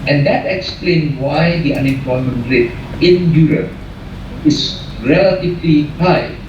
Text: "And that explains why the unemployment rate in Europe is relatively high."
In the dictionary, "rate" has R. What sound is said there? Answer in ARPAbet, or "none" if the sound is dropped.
R